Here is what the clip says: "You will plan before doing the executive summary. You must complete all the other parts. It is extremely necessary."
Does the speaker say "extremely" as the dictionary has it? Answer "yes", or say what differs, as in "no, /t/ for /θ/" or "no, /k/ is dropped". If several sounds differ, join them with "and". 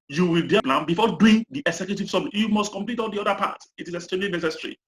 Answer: no, /k/ is dropped and /ɹ/ is dropped